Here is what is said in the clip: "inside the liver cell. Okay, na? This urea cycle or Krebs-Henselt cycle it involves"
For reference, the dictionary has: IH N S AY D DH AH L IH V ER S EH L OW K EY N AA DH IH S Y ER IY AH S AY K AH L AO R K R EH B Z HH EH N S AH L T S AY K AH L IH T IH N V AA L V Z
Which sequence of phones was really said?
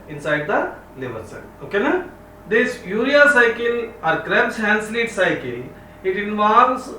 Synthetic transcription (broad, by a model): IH N S AY D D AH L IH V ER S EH N OW K EY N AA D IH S Y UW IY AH S AY K AH L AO R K R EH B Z HH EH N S L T S AY K AH L IH T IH N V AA L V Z